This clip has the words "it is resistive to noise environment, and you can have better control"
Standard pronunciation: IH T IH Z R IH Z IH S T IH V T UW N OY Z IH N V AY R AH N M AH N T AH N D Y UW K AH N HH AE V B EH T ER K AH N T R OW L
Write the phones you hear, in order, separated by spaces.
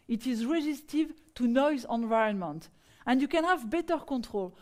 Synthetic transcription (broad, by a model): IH T IH Z R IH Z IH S T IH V T UW N OY Z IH N V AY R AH N M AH N T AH N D Y UW K AH N HH AE V B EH T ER K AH N T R OW L